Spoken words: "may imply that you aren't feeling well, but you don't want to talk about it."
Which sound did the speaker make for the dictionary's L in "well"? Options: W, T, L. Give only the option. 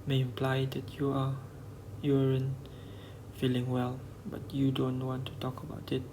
L